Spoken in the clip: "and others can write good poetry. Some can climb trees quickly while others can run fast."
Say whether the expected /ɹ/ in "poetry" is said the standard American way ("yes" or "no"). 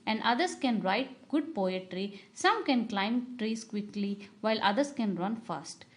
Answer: yes